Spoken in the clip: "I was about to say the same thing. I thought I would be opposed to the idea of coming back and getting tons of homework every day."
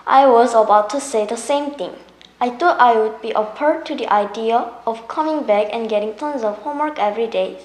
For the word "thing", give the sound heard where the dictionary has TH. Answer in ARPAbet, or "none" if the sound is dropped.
T